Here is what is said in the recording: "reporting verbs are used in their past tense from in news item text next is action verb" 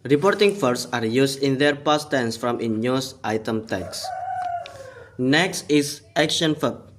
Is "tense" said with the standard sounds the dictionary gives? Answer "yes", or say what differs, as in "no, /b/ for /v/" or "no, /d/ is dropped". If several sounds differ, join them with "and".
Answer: yes